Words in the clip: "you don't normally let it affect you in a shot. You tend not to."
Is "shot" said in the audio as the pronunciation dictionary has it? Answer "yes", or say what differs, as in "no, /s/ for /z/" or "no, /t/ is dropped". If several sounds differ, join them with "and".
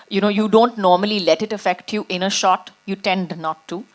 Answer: yes